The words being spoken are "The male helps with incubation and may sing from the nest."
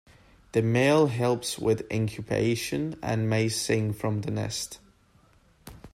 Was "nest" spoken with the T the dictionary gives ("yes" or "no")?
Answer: yes